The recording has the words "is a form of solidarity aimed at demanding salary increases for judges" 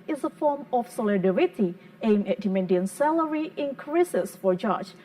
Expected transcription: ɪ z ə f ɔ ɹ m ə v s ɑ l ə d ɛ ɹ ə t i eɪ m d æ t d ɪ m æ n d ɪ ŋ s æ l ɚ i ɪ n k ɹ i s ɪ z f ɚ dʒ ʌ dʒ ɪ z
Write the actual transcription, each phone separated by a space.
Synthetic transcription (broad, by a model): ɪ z ə f ɔ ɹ m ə f s ɑ l ə d ɛ ɹ ə t i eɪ m æ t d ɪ m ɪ n d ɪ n s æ l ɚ i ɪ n k ɹ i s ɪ s f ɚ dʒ dʒ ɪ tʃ